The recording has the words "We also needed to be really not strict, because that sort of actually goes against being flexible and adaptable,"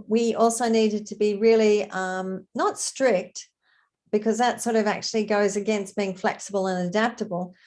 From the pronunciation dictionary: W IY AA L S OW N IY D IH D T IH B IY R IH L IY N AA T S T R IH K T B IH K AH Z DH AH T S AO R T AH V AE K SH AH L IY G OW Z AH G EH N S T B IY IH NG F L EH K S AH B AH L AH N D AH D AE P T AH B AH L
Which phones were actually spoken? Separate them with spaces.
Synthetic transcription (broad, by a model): W IY AA L S OW N IY D IH D T IH B IY R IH L IY N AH T S T R IH K T B IH K AH Z DH AH T S AO R T AH V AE K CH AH L IY G OW Z AH G EH N S T B IY IH NG F L EH K S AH B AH L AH N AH D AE P T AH B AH L